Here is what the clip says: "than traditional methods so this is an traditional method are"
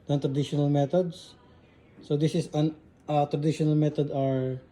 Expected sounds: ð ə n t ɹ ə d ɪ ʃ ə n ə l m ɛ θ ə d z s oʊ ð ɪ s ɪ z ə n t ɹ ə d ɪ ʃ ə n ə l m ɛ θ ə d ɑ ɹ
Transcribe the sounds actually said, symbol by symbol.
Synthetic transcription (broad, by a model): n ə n t ɹ ə d ɪ ʃ ə n ə l m ɛ t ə d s s oʊ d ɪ s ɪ s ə n t ɹ ə d ɪ ʃ ə n ə l m ɛ t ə d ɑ ɹ